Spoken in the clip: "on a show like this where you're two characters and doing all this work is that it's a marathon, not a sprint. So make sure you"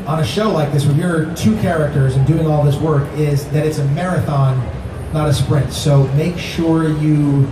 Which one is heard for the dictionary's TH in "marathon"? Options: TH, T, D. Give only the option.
TH